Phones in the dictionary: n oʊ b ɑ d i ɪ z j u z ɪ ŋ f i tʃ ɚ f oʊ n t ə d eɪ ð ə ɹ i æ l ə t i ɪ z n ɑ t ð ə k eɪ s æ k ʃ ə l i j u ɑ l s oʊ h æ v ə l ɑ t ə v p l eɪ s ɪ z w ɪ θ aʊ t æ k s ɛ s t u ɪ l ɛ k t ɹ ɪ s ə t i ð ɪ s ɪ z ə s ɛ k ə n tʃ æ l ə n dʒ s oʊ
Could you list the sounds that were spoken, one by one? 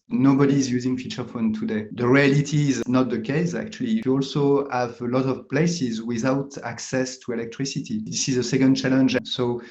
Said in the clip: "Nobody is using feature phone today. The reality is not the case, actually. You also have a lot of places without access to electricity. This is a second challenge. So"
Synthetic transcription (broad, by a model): n oʊ b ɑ d i z j u z ɪ ŋ f i tʃ ɚ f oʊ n t ə d eɪ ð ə ɹ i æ l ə t i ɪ z n ɑ t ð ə k eɪ s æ k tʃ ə l i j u ɑ l s oʊ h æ v ə l ɑ t ə v p l eɪ s ɪ z w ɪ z aʊ t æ k s ɛ s t u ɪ l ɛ k t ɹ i s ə t i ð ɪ s ɪ z ə s ɛ k ə n tʃ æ l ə n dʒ s oʊ